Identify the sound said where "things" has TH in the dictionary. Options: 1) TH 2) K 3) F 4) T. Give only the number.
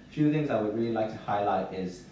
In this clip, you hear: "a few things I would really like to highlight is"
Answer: 1